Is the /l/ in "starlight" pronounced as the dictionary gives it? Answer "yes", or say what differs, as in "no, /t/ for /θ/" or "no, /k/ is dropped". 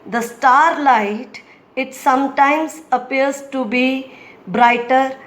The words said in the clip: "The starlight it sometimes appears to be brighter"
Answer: yes